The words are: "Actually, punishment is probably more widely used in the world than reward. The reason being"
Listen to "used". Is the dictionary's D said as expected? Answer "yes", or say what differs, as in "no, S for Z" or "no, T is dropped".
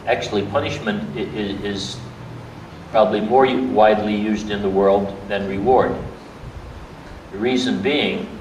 yes